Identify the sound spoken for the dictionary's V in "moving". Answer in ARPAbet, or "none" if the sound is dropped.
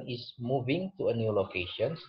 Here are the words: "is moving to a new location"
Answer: V